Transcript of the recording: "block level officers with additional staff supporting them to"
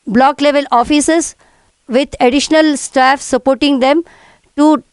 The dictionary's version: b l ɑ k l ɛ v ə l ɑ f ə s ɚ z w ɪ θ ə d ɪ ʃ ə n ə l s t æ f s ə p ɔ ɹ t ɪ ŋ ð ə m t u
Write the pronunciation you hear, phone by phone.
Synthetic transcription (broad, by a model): b l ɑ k l ɛ v ə l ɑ f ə s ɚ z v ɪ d ə d ɪ ʃ ə n ə l s t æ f s ə p ɔ ɹ t ɪ ŋ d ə m t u